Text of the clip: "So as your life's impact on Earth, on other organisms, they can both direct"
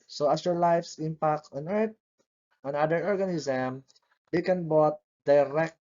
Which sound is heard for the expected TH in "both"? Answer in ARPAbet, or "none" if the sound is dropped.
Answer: T